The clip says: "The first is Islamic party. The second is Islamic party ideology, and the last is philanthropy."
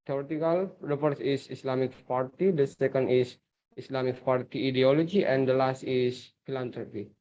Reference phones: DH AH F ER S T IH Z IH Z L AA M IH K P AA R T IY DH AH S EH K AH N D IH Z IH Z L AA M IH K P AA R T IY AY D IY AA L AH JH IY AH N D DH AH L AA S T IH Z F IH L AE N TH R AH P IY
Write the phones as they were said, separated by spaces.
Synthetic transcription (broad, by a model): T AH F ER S IH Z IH S L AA M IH K P AA R T IY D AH S EH K AH N D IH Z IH S L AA M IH K P AA R T IY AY D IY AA L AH JH IY AH N D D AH L AA S T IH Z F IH L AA N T R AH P IY